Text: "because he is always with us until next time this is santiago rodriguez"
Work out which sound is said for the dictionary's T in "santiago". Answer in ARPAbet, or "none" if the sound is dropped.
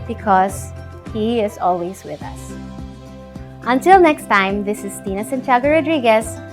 S